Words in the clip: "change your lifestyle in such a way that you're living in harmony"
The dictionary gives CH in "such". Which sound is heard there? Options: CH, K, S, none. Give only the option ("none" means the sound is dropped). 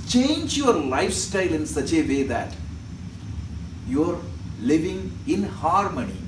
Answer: CH